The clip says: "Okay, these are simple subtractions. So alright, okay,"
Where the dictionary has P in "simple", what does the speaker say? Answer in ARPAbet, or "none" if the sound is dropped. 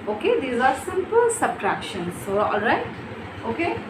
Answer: P